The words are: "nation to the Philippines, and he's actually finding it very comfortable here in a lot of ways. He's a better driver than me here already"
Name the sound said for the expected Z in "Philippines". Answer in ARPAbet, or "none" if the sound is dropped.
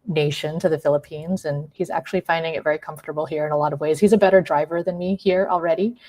Z